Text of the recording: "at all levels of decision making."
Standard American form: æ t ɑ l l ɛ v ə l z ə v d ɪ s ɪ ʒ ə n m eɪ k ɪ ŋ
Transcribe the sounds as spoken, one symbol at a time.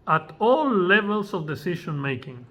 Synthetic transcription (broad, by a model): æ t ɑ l l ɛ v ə l s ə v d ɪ s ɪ ʃ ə n m eɪ k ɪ ŋ